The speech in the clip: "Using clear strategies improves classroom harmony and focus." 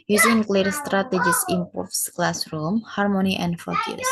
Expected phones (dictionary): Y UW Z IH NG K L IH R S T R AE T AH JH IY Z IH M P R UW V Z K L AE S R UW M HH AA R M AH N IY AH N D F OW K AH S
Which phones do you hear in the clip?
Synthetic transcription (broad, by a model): Y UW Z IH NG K L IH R S T R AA T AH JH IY S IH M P UW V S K L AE S R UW M HH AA R M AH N IY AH N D F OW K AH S